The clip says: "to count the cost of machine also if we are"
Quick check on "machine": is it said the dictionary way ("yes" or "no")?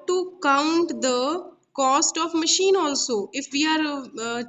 yes